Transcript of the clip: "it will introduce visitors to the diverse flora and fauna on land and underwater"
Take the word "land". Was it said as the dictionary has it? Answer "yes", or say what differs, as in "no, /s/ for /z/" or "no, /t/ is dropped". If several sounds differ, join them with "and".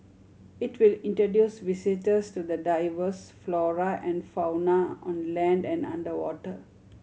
yes